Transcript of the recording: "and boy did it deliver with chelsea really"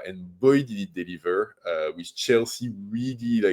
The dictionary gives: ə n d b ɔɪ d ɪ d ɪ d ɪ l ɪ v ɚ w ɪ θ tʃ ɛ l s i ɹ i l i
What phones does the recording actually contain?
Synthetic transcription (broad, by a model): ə n b ɔɪ d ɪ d ɪ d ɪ l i v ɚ w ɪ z tʃ ɛ l s i ɹ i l i